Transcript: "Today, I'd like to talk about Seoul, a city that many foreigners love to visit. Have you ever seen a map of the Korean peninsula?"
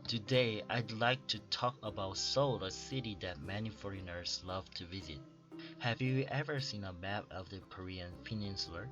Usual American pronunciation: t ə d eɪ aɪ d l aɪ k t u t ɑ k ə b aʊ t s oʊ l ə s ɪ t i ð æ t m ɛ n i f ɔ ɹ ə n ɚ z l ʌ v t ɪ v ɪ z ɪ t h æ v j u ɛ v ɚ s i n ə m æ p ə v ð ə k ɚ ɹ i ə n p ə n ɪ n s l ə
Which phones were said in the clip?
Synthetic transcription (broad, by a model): t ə d eɪ aɪ d l aɪ k t u t ɑ k ə b aʊ t s oʊ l ə s ɪ t i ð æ t m ɛ n i f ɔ ɹ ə n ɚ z l ʌ v t ɪ v ɪ z ɪ t h æ v j u ɛ v ɚ s i n ə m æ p ə v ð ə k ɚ ɹ i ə n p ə n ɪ n s l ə